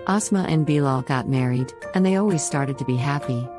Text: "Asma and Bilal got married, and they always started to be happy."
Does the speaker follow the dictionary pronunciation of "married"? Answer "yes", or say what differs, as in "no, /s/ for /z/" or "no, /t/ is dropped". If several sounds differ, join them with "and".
yes